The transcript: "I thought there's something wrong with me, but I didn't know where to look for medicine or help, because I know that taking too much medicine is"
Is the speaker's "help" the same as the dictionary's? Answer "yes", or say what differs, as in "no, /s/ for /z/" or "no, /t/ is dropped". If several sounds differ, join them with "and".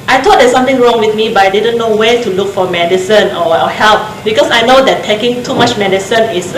yes